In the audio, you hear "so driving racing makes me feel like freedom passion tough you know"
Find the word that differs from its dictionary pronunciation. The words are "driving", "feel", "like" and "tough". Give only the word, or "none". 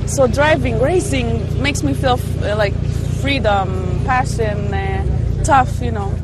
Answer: none